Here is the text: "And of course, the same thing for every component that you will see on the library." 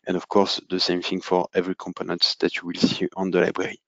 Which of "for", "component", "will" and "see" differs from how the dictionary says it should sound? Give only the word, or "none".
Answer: none